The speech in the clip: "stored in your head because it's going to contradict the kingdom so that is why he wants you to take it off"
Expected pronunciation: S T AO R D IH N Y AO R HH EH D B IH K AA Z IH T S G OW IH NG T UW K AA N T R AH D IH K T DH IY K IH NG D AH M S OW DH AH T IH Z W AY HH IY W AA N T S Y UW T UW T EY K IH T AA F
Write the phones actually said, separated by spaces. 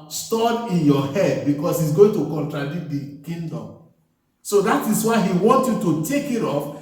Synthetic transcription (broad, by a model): S T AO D IH N Y AO HH EH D B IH K AA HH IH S G OW IH NG T UW K AA N T R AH D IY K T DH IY K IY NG D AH M S OW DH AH T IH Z W AY HH IY W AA N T Y UW T UW T EY K IH T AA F